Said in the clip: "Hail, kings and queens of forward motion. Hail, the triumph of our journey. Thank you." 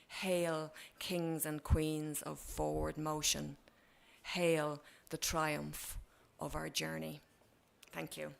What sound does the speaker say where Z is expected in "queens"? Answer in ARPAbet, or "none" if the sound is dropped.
Z